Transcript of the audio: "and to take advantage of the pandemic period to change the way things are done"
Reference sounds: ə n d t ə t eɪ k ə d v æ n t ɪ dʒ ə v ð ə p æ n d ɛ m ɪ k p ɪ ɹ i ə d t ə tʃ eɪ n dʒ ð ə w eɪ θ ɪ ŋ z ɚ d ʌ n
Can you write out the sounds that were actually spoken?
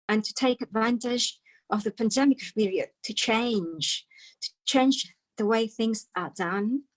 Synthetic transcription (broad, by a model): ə n t ə t eɪ k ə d v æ n t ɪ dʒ ə v ð ə p æ n d ɛ m ɪ k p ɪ ɹ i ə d t ə tʃ eɪ n dʒ ð ə w eɪ θ ɪ ŋ z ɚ d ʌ n